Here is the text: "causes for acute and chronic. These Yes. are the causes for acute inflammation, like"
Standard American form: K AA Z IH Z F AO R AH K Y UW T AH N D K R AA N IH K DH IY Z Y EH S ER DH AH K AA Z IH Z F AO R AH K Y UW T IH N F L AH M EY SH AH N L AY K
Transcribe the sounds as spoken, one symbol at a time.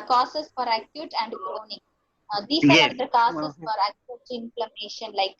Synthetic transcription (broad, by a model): K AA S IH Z F AO R AH K Y UW T AH N D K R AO N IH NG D IY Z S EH ER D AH K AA S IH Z F AO R AH K Y UW T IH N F L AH M EY SH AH N L AY K